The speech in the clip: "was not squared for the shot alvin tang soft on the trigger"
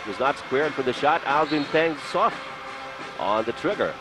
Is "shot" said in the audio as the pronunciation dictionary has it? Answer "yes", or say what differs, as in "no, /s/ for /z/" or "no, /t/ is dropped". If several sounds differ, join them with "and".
yes